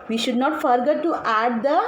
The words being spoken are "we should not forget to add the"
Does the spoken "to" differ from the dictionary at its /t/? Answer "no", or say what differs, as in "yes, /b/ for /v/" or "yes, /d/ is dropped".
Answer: no